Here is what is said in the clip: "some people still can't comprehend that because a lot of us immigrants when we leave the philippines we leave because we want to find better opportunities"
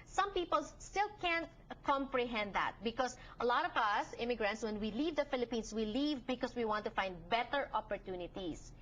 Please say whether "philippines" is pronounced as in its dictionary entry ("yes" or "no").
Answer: no